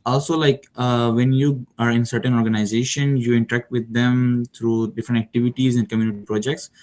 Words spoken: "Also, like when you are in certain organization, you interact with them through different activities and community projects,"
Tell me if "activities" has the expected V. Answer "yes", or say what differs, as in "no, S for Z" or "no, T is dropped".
yes